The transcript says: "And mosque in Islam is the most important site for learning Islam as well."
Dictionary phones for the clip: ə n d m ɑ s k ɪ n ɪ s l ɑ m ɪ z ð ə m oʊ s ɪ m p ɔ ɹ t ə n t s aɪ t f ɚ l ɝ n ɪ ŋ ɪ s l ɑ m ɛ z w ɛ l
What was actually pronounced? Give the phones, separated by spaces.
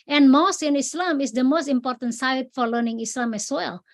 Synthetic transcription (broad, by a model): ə n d m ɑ s ɪ n ɪ s l ɑ m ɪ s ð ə m oʊ s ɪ m p ɔ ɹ t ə n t s aɪ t f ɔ l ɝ n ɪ ŋ ɪ s l ɑ m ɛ s w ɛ l